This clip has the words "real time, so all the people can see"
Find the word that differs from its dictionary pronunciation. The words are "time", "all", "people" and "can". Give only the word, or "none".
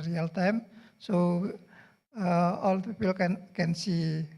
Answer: people